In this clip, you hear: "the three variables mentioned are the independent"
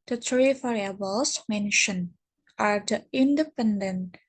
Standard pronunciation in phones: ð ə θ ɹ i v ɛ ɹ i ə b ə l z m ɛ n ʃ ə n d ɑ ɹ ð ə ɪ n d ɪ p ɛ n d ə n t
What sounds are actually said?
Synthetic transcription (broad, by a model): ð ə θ ɹ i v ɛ ɹ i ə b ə l s m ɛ n ʃ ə n ɑ ɹ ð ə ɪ n d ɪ p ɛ n d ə n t